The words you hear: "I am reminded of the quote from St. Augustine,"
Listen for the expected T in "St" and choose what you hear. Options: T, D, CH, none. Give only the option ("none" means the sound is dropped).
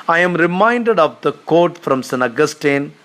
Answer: none